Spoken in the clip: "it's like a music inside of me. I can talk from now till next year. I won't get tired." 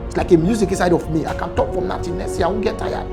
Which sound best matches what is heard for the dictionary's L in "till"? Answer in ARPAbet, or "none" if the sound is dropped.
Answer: N